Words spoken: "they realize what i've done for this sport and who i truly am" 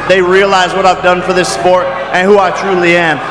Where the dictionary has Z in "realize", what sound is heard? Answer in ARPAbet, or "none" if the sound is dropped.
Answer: Z